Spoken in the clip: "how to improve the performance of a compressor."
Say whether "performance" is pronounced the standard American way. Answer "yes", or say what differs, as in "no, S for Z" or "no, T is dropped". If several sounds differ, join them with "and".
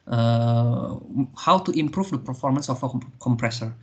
yes